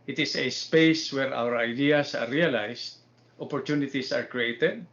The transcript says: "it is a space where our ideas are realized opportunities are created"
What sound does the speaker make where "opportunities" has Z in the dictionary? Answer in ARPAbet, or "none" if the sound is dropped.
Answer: S